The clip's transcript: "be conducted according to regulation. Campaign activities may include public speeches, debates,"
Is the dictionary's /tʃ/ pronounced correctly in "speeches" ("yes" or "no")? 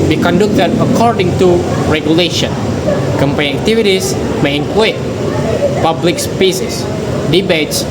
no